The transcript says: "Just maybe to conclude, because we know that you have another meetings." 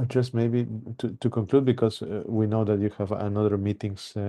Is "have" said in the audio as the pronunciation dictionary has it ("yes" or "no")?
yes